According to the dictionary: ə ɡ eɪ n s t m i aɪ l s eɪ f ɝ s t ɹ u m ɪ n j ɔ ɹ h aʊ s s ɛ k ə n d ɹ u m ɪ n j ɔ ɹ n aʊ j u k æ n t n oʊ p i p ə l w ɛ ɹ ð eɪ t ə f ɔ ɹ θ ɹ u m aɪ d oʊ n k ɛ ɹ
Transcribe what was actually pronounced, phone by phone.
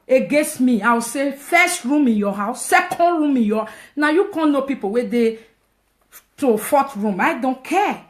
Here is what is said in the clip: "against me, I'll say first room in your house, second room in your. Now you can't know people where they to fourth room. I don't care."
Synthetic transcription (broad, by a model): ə ɡ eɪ n s t m i aɪ w s eɪ f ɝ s t ɹ u m ɪ n j ɔ h aʊ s s ɛ k ə n d ɹ u m ɪ n j ɔ n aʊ j u k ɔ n n oʊ p i p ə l w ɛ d eɪ t ə f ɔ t ɹ u m aɪ d oʊ n k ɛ